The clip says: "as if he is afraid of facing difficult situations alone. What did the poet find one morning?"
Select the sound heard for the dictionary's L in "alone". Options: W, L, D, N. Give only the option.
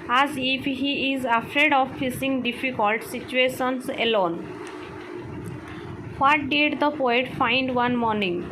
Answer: L